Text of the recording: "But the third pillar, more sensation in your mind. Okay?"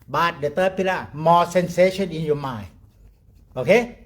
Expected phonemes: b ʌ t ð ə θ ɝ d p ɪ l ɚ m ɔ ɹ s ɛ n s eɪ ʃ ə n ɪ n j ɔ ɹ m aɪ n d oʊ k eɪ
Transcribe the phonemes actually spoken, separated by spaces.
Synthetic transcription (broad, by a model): b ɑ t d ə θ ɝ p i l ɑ m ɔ s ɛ n s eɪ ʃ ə n ɪ n j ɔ m aɪ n oʊ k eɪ